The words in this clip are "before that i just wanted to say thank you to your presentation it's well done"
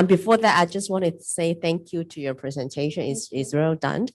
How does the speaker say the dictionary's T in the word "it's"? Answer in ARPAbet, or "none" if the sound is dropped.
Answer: S